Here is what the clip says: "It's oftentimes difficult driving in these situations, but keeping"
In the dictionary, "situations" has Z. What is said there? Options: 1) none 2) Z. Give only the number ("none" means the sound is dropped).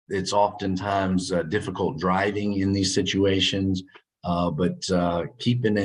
2